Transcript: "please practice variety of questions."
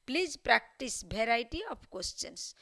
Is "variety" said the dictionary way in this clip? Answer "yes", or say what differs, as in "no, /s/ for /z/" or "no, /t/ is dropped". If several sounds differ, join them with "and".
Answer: no, /b/ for /v/